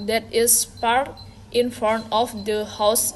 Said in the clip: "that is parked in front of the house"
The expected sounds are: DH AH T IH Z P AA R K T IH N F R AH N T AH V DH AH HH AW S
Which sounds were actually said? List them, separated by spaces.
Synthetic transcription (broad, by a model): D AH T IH S P AA R T IH N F AH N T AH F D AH HH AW S